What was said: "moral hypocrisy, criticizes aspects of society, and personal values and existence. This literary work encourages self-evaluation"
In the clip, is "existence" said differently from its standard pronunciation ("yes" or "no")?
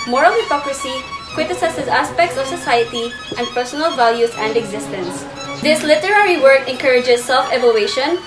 no